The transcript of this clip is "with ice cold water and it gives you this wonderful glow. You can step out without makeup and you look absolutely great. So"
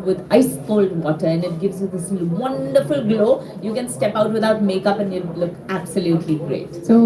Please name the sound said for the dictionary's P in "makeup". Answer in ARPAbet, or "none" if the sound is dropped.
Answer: P